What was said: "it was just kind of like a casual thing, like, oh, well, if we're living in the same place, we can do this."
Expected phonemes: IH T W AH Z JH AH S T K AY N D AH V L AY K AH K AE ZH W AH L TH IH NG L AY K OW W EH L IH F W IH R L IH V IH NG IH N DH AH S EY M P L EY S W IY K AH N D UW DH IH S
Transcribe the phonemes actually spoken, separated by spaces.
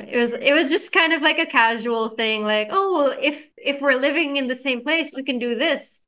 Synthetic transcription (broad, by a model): IH T W AH Z JH AH S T K AY N D AH V L AY K AH K AE ZH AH L TH IH NG L AY K OW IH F IH F W IH R L IH V IH NG IH N DH AH S EY M P L EY S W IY K AH N D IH DH IH S